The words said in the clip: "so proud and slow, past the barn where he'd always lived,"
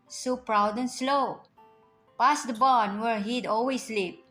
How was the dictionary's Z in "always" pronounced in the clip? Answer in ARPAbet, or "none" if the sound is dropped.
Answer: S